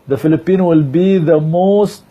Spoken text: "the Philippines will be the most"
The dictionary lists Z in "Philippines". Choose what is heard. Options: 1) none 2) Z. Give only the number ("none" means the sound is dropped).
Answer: 1